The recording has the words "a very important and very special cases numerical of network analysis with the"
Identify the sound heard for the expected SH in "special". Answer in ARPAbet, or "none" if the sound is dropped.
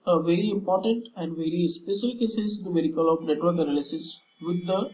S